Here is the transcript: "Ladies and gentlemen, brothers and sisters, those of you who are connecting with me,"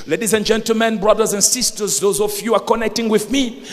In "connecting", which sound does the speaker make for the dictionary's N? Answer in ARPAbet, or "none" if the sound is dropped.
N